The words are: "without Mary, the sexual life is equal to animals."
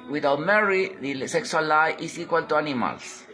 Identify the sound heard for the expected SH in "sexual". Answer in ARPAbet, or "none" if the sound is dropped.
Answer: S